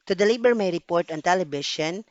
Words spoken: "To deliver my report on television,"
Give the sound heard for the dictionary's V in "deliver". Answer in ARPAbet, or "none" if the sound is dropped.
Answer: B